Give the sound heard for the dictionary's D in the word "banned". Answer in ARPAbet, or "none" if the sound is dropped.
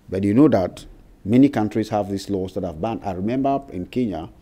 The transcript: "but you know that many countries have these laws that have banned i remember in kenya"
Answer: none